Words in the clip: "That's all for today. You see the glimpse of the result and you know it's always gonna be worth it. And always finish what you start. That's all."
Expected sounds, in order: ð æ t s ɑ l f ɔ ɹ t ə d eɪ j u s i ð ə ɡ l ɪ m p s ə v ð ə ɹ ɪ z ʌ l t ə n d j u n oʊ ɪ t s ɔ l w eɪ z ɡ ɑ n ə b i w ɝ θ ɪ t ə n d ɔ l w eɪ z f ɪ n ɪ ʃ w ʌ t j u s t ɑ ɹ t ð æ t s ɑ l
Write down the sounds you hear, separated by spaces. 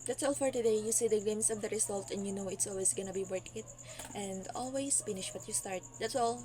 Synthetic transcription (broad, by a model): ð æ t s ɑ l f ɔ ɹ t ə d eɪ j u s i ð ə ɡ ɛ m s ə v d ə ɹ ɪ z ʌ l t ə n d j u n oʊ ɪ t s ɔ l w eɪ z ɡ ɑ n ə b i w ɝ t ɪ t ə n d ɔ l w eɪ s f ɪ n ɪ ʃ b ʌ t j u s t ɑ ɹ t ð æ t s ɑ l